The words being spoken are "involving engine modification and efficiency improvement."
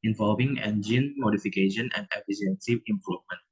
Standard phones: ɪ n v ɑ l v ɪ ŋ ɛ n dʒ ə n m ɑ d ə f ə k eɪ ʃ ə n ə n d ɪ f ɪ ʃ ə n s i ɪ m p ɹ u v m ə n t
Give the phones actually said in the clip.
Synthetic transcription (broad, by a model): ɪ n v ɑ l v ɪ ŋ ɛ n dʒ ə n m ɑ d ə f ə k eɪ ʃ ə n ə n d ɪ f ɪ s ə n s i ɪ m p ɹ u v m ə n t